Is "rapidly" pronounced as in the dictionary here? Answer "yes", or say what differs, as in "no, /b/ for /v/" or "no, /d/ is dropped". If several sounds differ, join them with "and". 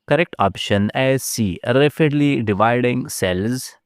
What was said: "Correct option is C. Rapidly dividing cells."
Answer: no, /f/ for /p/